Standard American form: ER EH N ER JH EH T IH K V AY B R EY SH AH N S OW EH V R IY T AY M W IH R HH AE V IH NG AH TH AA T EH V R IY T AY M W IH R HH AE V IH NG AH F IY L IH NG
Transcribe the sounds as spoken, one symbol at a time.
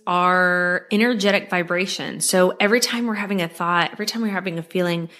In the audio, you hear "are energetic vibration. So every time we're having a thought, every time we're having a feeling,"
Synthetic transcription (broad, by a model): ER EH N ER JH EH T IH K V AY B R EY SH AH N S OW EH V R IY T AY M W IH R HH AE V IH NG AH TH AA T EH V R IY T AY M W IH R HH AE V IH NG AH F IY L IH NG